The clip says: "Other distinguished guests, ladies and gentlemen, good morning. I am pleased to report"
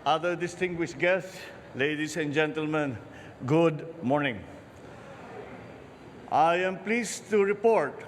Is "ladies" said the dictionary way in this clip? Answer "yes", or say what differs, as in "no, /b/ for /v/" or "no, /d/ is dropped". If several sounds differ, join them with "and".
no, /s/ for /z/